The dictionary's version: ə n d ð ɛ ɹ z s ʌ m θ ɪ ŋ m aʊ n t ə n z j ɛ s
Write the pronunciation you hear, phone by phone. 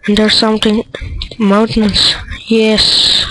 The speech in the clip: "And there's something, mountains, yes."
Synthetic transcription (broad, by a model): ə n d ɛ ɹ s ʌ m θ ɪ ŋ m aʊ n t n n s j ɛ s